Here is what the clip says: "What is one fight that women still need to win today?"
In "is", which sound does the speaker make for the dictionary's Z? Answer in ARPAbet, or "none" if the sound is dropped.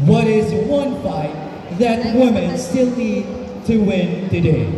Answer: Z